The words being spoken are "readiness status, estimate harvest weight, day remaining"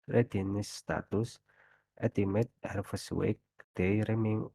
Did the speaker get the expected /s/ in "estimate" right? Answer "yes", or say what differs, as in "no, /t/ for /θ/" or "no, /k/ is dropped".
no, /s/ is dropped